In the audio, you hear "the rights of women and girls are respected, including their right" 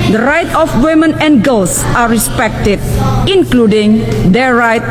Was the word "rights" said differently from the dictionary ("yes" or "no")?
yes